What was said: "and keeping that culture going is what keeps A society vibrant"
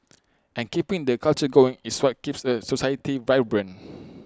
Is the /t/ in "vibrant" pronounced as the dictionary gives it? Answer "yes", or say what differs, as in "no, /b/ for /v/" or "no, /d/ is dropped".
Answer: no, /t/ is dropped